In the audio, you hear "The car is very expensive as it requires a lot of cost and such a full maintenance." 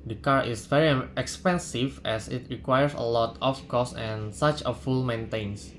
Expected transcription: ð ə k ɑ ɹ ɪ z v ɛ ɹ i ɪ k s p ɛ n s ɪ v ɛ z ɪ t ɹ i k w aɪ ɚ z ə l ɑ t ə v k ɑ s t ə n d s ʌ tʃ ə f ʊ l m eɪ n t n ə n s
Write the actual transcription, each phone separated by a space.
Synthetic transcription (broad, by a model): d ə k ɑ ɹ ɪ s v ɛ ɹ i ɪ k s p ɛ n s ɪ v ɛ s ɪ t ɹ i k w aɪ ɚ s ə l ɑ t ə f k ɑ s ə n s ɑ tʃ ə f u l m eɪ n t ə n s